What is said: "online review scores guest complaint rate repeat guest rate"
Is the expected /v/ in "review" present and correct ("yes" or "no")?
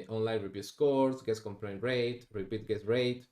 no